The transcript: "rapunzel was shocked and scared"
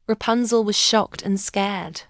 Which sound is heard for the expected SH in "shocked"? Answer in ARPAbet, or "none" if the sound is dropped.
SH